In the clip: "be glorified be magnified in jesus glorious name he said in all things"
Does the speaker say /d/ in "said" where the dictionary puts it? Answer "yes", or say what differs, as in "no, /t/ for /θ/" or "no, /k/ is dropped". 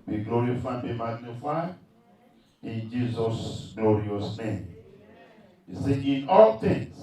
no, /d/ is dropped